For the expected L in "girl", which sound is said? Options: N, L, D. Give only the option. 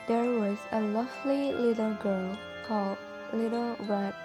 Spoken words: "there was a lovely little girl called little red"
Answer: N